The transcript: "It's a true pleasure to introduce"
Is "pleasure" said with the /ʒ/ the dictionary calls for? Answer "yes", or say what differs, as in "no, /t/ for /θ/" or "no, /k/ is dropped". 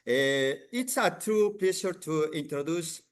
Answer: no, /ʃ/ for /ʒ/